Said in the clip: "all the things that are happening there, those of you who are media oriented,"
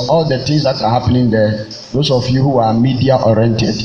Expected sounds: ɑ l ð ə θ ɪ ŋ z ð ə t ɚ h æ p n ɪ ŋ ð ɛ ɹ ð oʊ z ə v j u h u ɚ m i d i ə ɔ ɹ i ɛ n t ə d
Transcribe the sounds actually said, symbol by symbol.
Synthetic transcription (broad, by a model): ɑ l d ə t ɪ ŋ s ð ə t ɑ h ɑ p n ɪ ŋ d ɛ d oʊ s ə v j u h u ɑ m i d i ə ɔ ɹ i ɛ n t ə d